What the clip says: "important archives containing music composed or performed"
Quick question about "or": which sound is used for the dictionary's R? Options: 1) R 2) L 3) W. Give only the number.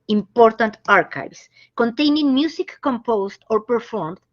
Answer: 1